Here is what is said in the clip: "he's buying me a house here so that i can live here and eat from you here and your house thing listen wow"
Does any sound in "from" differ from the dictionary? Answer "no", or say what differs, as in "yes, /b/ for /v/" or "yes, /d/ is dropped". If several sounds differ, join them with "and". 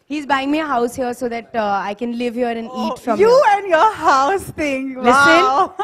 no